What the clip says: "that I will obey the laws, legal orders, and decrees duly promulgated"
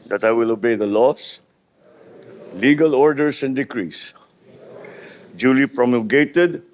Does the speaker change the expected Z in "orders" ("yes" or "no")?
yes